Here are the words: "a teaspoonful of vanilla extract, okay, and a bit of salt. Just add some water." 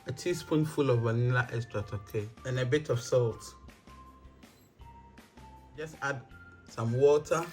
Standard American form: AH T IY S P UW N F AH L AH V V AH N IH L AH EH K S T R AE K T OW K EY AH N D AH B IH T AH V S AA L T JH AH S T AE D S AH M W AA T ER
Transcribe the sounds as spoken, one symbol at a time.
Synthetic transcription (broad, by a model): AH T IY S P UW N F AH L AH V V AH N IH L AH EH S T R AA T OW K EY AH N AH B IH T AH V S AA L T JH AH S T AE D S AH M W AA T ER